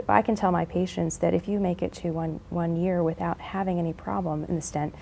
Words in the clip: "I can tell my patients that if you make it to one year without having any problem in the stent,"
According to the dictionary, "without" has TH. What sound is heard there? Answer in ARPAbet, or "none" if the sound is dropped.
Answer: TH